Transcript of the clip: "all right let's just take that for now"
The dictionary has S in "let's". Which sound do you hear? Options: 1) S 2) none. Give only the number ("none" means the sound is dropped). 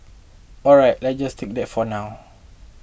2